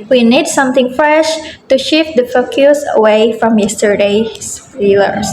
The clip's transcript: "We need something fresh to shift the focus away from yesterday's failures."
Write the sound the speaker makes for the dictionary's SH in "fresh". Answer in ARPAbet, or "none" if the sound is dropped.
SH